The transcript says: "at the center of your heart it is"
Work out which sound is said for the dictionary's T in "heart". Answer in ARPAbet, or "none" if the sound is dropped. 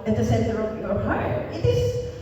none